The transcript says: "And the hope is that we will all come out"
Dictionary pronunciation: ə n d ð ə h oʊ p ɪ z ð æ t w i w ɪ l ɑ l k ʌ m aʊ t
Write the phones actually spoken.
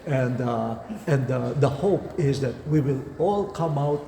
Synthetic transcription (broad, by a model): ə n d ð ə h oʊ p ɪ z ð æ t w i w ɪ l ɑ l k ʌ m aʊ t